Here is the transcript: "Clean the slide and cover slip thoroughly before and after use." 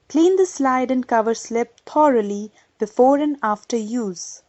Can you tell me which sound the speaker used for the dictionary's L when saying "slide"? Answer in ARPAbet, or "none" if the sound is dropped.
L